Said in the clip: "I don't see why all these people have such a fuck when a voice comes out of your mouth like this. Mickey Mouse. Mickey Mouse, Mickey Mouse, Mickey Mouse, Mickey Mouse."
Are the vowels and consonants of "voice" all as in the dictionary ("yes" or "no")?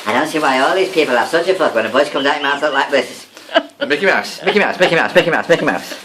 no